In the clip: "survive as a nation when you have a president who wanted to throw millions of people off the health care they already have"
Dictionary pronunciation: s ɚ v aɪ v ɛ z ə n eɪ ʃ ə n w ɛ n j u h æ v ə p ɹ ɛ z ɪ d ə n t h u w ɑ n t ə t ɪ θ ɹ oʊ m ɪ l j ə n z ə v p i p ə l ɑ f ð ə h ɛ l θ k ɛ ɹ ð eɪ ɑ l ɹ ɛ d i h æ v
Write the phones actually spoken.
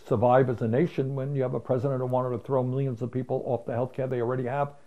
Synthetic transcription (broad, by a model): s ɚ v aɪ v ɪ z ə n eɪ ʃ ə n w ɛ n j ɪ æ v ə p ɹ ɛ z ɪ d ə n t h u w ɑ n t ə t ɪ θ ɹ oʊ m ɪ l j ə n z ə v p i p l ɑ f ð ə h ɛ l θ k ɛ ɹ ð eɪ ɑ l ɹ ɛ d i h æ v